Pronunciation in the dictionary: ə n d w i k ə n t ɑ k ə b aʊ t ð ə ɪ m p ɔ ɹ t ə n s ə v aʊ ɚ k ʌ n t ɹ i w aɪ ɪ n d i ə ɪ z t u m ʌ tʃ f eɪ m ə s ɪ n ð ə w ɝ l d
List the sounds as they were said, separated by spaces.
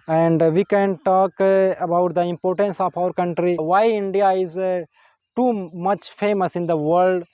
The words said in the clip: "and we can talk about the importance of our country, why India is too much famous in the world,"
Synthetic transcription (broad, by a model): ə n d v i k ə n t ɑ k ə b aʊ t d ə ɪ m p ɔ ɹ t ə n s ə p aʊ ɚ k ʌ n t ɹ i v aɪ ɪ n d i ə ɪ z t u m ʌ tʃ f eɪ m ə s ɪ n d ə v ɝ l d